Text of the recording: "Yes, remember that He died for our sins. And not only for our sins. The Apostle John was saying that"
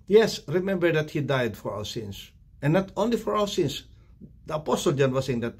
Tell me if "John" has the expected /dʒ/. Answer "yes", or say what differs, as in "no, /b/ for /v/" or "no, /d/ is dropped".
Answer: yes